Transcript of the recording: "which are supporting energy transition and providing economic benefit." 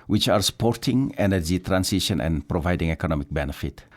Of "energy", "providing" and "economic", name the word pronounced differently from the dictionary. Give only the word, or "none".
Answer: none